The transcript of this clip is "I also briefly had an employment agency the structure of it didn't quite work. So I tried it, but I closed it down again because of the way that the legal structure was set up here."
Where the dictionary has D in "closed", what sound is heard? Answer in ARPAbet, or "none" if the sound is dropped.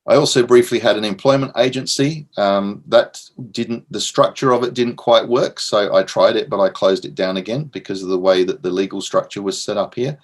D